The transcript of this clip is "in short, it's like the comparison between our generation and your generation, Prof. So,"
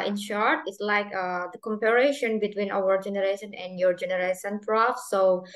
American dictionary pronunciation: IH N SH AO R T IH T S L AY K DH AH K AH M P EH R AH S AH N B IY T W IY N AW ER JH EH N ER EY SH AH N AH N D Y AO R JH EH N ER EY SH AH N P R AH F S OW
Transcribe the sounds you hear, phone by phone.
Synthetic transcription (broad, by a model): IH N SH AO R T IH T S L AY K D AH K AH M P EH R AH SH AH N B IY T W IY N AW ER JH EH N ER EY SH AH N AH N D Y AO R JH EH N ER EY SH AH N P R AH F S OW